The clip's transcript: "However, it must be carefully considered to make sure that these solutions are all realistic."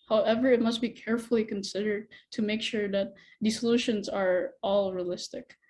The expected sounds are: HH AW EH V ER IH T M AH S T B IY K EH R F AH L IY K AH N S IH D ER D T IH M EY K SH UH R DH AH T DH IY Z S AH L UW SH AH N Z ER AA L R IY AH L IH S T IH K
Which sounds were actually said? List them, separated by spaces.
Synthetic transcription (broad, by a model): HH AW EH V ER IH T M AH S T B IY K EH R F L IY K AH N S IH D ER D T IH M EY K SH UH R DH AH T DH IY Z S AH L UW SH AH N Z ER AA L R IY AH L IH S T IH K